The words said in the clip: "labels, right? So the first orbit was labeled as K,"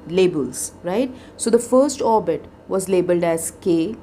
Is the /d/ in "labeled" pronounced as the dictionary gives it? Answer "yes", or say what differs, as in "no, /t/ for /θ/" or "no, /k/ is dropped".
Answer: yes